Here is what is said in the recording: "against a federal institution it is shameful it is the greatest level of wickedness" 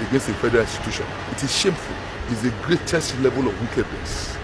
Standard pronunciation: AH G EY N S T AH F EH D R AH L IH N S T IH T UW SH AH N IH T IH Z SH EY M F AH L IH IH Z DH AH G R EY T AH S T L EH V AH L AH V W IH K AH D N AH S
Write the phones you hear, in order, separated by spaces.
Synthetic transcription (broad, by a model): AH G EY N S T AH F EH D R AH L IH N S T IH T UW SH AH N IH T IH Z SH EY M F AH L IH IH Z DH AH G R EY T AH S T L EH V AH L AH V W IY K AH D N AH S